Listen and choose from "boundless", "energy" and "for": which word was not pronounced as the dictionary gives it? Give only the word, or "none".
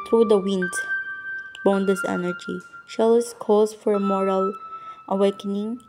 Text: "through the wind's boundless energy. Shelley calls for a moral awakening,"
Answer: boundless